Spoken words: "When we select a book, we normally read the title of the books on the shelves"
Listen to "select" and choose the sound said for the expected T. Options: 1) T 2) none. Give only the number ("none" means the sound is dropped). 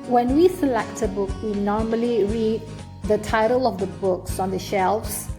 1